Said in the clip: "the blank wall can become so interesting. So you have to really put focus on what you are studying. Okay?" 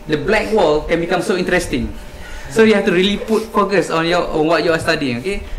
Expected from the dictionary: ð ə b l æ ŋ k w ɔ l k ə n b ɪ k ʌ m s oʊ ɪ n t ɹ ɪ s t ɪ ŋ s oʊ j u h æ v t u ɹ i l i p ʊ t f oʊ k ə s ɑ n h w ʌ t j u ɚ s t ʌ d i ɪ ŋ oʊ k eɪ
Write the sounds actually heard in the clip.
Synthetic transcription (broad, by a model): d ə b l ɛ k w ɔ l k ə n b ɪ k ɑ m s oʊ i n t ɹ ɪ s t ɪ ŋ s oʊ j u h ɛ f t u ɹ i l i p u t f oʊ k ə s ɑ n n w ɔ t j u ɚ s t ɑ d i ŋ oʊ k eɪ